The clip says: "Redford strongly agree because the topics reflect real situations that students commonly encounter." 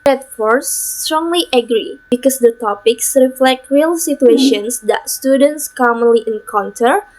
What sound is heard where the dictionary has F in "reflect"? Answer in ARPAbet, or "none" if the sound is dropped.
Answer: F